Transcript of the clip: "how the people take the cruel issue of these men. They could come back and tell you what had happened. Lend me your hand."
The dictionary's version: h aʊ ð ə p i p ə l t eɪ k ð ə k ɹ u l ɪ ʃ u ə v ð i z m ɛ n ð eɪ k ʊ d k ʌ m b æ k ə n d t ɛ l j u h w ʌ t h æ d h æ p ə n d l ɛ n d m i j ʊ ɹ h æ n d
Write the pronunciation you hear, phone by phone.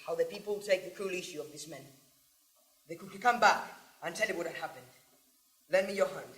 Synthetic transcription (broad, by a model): h aʊ ð ə p i p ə l t eɪ k ð ə k ɹ u l ɪ ʃ u ə v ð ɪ s m ɛ n ð eɪ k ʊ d k ʌ m b æ k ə n t ɛ l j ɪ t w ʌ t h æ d h æ p ə n d l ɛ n m i j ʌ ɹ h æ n